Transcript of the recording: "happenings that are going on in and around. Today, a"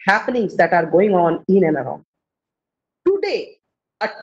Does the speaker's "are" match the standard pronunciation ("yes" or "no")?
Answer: yes